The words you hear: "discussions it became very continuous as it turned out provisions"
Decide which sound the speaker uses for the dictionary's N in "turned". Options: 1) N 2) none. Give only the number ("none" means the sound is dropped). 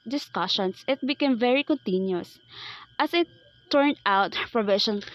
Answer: 1